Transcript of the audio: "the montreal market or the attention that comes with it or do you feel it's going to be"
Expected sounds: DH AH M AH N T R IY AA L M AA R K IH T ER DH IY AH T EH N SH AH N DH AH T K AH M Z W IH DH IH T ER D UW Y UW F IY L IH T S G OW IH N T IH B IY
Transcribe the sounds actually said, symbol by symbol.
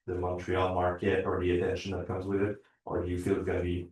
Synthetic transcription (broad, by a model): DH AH M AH N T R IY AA L M AA R K IH T ER DH IY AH T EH N SH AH N DH AH T K AH M Z W IH DH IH T ER D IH Y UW F IY L IH T S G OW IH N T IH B IY